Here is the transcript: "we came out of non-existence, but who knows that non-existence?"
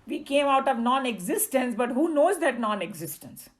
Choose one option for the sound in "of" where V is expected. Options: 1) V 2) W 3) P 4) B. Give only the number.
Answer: 1